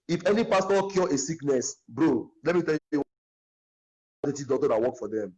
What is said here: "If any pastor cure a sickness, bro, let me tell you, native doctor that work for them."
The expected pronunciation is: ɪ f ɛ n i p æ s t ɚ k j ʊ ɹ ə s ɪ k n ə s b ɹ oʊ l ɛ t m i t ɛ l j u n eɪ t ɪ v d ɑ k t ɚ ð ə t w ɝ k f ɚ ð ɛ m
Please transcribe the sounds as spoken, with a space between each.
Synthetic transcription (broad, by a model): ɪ f ɛ n i p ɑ s t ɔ k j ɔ ə s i k n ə s b ɹ oʊ l ɛ t m i t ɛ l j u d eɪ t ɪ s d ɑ t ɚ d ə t w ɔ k f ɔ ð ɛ m